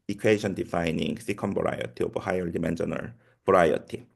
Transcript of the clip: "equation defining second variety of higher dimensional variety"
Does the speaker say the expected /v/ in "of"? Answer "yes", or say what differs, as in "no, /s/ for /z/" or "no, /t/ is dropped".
no, /b/ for /v/